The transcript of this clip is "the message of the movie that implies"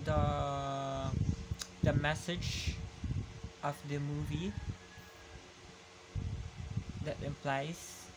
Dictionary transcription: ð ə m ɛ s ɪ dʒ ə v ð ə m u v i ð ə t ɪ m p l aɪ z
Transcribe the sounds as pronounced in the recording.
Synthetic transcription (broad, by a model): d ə m ɛ s ɪ dʒ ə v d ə m u v i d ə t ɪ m p l aɪ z